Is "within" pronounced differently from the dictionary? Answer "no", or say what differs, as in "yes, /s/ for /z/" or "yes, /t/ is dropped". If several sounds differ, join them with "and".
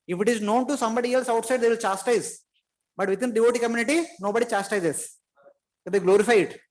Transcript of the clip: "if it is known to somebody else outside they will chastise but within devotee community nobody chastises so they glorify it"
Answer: yes, /t/ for /θ/